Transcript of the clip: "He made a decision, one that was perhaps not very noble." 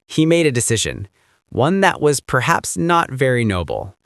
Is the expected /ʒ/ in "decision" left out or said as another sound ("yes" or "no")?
no